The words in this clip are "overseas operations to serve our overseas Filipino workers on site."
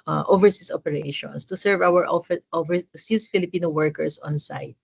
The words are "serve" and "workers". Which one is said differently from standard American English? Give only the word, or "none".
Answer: workers